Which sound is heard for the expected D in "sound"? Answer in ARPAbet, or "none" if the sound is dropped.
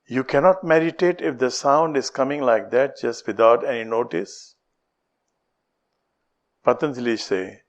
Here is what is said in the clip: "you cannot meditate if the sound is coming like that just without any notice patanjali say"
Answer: D